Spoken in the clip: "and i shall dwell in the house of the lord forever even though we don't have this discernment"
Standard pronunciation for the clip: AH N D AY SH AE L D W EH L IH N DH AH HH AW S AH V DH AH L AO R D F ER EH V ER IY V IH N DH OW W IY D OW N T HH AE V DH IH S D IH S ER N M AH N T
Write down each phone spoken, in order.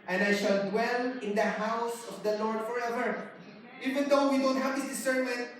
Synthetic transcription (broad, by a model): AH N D AY SH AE L D W EH L IH N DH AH HH AW S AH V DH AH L AO R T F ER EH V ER IY V IH N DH OW W IY D OW N T HH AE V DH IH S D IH S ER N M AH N